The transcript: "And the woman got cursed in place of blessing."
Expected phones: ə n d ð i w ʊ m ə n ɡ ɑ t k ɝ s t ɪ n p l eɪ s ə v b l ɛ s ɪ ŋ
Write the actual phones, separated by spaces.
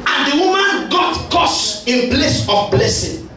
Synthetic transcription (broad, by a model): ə n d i w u m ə n ɡ ɑ t k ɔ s ɪ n p l eɪ s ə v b l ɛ s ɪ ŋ